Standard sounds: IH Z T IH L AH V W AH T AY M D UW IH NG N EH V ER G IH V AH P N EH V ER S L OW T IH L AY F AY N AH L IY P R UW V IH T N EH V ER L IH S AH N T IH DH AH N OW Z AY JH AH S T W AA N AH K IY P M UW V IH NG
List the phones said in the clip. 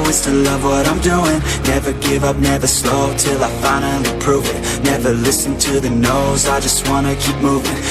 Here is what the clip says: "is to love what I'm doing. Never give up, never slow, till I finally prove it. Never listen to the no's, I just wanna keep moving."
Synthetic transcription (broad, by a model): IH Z T IH L AH V W AH T AY M D UW IH NG N EH V ER G IH V AH P N EH V ER S L OW T IH L AY F AY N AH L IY P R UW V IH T N EH V ER L IH S N T IH DH AH N OW Z AY JH AH S T W AA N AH K IY P M UW V IH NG